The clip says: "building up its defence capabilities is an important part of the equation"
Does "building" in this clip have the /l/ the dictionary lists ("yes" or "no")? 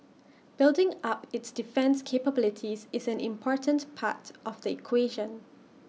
yes